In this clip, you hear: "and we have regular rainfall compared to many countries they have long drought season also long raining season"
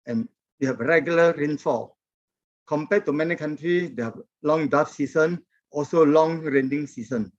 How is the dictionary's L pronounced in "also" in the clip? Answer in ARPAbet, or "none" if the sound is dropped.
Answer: L